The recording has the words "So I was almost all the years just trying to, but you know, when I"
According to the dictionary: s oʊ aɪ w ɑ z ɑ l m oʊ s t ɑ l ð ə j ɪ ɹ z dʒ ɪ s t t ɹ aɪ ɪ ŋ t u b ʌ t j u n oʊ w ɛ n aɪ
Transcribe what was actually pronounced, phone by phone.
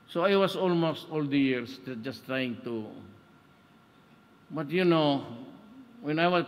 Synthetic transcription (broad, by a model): s oʊ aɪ w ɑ s ɑ l m oʊ s t ɑ l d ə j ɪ ɹ s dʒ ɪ s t t ɹ aɪ ɪ ŋ t u b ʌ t j u n oʊ w ɛ n aɪ